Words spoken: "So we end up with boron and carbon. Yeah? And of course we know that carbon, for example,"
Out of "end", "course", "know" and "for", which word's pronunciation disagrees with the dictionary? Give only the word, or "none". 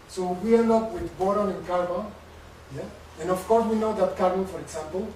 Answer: end